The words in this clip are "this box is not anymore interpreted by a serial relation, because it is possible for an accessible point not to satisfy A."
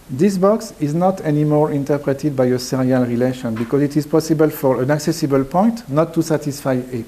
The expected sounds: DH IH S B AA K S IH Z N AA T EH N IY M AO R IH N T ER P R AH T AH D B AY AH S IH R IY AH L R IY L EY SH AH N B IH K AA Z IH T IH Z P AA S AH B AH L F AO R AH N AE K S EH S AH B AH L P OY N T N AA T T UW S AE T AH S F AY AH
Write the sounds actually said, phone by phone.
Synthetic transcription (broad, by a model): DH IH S B AA K S IH Z N AA T EH N IY M AO R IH N T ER P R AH T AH D B AY AH S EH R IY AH L R IY L EY SH AH N B IH K AA Z IH T IH Z P AA S AH B AH L F AO R AH N AE K S EH S AH B AH L P OY N T N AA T T UW S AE T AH S F AY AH